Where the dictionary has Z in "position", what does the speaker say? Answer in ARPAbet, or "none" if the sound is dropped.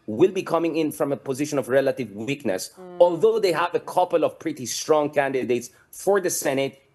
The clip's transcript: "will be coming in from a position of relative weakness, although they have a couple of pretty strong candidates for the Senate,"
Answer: Z